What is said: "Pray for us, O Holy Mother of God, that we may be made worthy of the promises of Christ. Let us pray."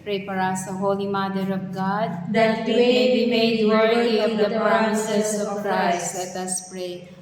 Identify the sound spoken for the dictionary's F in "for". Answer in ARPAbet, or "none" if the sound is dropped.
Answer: P